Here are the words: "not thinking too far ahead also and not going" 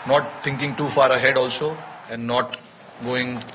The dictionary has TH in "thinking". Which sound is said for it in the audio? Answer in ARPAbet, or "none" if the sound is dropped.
T